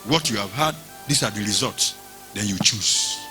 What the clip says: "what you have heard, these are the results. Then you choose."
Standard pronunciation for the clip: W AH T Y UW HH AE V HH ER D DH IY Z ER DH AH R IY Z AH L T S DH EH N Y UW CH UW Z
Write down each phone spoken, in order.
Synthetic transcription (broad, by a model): W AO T Y UW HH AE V HH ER D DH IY S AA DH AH R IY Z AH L T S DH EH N Y UW CH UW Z